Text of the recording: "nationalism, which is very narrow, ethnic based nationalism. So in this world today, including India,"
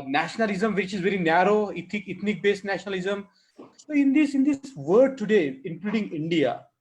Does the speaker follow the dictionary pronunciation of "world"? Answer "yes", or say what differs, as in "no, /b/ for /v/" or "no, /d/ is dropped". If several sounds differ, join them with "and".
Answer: no, /l/ is dropped